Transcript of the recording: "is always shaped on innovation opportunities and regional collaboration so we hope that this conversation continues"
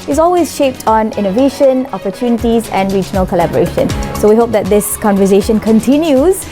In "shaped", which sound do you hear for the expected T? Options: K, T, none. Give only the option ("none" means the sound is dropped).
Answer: T